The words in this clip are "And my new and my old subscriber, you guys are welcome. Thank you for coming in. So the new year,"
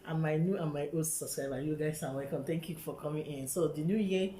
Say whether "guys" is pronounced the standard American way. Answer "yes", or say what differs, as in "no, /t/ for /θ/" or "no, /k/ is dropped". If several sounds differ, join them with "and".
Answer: no, /s/ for /z/